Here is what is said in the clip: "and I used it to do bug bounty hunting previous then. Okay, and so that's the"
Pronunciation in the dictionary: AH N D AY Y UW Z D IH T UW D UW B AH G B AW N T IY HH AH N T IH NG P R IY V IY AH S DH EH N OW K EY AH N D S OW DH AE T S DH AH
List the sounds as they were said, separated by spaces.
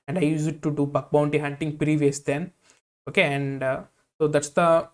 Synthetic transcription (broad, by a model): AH N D AY Y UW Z IH T UW D UW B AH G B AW N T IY HH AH N T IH NG P R IY V IY AH S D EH N OW K EY AH N D S OW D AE T S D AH